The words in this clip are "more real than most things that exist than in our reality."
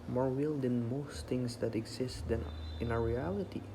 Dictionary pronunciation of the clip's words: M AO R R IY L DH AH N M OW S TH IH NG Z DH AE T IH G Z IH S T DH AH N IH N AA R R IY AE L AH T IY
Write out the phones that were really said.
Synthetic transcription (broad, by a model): M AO R W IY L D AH N M OW S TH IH NG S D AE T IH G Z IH S T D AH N IH N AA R R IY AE L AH T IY